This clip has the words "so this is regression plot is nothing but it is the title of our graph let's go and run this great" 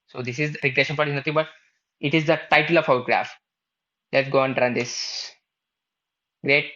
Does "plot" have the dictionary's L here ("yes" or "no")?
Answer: no